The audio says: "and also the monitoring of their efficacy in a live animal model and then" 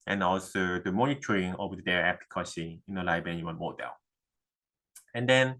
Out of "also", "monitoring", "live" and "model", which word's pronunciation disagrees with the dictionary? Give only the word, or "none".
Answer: live